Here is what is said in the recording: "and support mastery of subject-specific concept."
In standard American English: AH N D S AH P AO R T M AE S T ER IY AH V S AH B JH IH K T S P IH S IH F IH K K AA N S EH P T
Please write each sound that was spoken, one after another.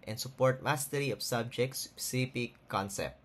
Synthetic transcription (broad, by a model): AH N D S AH P AO R T M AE S T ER IY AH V S AH B JH IH K T S S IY P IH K K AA N S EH P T